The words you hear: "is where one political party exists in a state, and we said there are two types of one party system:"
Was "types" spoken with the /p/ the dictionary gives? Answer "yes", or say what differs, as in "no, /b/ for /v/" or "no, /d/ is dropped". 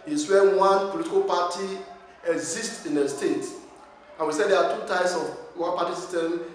no, /p/ is dropped